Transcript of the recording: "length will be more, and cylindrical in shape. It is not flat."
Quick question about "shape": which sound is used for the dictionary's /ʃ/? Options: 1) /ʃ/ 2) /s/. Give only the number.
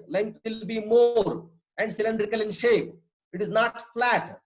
1